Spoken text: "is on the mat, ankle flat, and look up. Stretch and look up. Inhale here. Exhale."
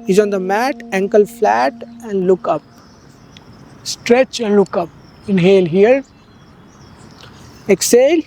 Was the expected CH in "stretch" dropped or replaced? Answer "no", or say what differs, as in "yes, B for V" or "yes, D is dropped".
no